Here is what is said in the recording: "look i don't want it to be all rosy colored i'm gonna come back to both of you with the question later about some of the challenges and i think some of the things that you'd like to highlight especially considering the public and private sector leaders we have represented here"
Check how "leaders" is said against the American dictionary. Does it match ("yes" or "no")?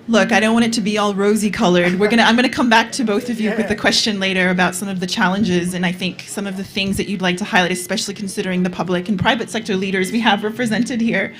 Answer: yes